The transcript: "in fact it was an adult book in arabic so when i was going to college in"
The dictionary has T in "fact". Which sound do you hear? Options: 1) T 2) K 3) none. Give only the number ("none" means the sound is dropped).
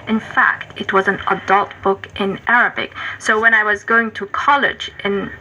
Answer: 1